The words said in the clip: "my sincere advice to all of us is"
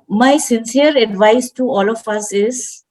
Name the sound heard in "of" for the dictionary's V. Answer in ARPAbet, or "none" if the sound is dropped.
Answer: F